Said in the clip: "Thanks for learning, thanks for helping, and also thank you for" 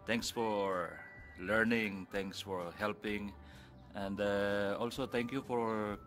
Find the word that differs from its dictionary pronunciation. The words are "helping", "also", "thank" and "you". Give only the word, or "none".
thank